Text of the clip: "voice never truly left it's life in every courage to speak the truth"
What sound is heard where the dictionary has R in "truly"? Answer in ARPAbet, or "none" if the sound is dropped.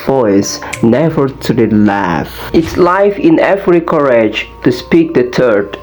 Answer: none